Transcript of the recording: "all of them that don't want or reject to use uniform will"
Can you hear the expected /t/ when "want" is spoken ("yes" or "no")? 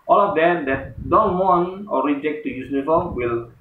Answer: no